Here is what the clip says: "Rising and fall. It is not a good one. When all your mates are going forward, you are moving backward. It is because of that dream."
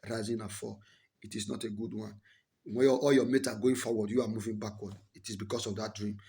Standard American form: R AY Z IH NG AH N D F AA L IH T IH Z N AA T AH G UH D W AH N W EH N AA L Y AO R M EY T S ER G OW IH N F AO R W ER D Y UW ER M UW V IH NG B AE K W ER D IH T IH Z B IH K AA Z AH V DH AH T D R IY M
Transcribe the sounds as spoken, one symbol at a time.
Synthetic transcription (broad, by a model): R AY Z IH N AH F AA IH T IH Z N AA T AH G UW D W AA N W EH AA L Y AO M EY T AA G OW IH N F AO W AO D Y UW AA M UW V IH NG B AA K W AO D IH T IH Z B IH K AA S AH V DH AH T D R IY M